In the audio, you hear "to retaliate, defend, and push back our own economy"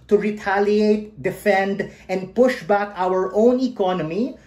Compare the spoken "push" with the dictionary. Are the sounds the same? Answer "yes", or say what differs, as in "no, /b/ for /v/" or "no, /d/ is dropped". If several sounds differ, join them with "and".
yes